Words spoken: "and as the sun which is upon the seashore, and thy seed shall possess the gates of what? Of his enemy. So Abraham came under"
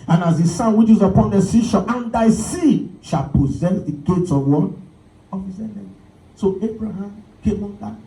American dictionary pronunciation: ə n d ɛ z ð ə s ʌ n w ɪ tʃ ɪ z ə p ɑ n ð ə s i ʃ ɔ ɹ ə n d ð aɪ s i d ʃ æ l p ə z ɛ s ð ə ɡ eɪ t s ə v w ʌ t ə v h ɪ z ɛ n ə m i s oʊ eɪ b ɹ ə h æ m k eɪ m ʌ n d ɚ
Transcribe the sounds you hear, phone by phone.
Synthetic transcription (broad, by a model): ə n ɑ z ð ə s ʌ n w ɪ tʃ ɪ z ə p ɑ n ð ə s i ʃ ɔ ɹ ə n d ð aɪ s i ʃ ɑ l p ə z ɛ s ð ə ɡ eɪ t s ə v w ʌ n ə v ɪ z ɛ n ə s oʊ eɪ b ɹ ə h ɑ m k eɪ m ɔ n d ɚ